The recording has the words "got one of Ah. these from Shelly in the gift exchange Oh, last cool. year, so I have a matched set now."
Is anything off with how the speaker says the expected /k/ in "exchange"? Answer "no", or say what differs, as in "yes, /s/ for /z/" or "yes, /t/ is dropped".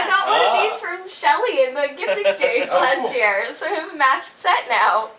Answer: yes, /k/ is dropped